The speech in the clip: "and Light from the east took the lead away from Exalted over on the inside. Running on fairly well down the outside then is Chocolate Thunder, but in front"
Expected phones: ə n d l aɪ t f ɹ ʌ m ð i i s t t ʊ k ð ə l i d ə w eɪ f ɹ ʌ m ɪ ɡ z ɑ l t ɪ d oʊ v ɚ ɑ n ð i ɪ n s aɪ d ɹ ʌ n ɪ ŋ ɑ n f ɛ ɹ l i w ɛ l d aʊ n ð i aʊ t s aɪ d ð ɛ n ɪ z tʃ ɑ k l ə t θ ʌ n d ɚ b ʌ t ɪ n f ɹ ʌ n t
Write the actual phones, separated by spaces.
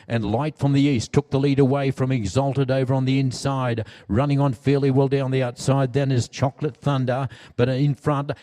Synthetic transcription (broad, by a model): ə n l aɪ t f ɹ ʌ m ð i i s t t ʊ k ð ə l i d ə w eɪ f ɹ ʌ m ɪ ɡ z ɑ l t ɪ d oʊ v ɚ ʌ n ð i ɪ n s aɪ d ɹ ʌ n ɪ ŋ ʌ n f ɛ ɹ l i w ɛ l d aʊ n ð i aʊ t s aɪ d ð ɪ n ɪ z tʃ ɑ k l ə t θ ʌ n d ɚ b ʌ t ɪ n f ɹ ʌ n t